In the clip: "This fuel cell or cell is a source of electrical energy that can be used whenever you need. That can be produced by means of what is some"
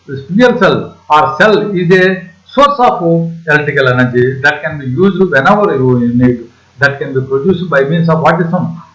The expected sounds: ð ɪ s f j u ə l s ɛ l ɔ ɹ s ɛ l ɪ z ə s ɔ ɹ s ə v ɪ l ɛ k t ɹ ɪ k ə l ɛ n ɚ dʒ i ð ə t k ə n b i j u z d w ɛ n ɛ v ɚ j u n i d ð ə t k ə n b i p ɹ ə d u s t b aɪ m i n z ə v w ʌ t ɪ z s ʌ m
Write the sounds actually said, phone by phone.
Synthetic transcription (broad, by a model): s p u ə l s ɛ l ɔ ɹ s ɛ l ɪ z ə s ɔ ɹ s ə f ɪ ɛ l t ɪ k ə l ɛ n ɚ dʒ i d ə t k ə n b i j u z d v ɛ n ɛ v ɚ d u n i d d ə t k ə n b i p ɹ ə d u s b aɪ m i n s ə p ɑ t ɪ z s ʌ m